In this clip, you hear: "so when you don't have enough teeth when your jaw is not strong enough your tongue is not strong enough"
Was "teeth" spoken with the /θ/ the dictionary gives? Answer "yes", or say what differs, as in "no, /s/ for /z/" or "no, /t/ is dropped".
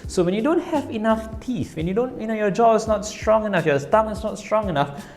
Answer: no, /f/ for /θ/